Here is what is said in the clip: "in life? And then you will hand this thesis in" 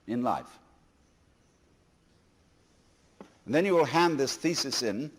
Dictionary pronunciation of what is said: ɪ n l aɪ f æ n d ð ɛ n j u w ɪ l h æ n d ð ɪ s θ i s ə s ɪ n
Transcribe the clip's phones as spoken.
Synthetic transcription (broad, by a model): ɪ n l aɪ f n ð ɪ n j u w ɪ l h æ n ð ɪ s θ i s ə s ɪ n